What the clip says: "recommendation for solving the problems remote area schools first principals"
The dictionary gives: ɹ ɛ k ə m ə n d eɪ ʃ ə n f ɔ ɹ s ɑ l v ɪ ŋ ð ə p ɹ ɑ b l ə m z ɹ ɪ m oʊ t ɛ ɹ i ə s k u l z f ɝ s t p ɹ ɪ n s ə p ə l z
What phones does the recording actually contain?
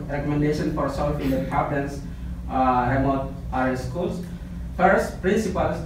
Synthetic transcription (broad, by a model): ɹ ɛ k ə m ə n d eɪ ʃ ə n f ɔ ɹ s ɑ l f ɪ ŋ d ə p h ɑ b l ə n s ɹ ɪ m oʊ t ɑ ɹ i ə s k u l s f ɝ s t p ɹ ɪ n s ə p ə l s